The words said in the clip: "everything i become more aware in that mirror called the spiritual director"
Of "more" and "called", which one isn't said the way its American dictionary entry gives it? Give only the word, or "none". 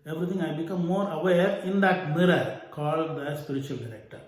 none